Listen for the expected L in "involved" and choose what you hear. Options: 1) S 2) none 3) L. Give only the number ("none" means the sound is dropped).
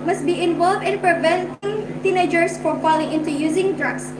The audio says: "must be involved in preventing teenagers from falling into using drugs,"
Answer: 3